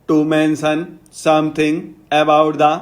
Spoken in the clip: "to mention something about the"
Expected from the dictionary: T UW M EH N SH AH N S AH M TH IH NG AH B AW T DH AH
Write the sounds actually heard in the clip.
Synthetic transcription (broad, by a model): T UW M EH N S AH N S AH M T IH NG AH B AW T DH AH